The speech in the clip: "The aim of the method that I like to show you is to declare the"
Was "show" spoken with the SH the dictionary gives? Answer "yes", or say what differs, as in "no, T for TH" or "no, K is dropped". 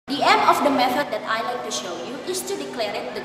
yes